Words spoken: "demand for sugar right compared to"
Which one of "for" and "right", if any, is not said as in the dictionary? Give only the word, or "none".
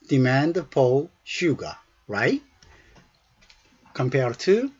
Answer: for